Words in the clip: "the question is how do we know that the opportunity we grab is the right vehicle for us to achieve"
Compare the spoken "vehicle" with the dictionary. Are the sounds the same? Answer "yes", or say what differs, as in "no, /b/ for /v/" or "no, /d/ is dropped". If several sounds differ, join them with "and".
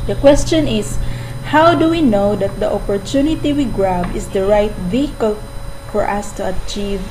yes